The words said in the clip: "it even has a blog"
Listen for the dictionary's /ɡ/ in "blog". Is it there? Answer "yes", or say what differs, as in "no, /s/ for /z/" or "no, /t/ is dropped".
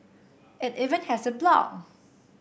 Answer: no, /ɡ/ is dropped